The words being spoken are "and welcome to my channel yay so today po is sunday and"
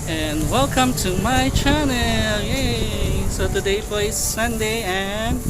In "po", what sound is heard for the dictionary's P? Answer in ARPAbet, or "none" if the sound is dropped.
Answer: F